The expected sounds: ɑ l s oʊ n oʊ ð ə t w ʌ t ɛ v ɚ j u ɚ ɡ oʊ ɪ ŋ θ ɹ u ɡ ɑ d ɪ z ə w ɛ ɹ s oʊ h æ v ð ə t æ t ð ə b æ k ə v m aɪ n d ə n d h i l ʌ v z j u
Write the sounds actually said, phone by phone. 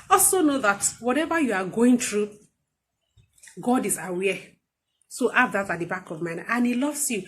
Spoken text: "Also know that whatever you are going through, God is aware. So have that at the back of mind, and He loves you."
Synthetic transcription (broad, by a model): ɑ l s oʊ n oʊ ð ə t w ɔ t ɛ v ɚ j u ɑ ɡ oʊ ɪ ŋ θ ɹ u ɡ ɑ d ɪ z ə w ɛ s oʊ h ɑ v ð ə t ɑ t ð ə b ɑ k ə v m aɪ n ə n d h i l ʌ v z j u